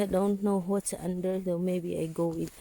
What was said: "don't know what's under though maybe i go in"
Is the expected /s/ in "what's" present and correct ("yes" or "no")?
no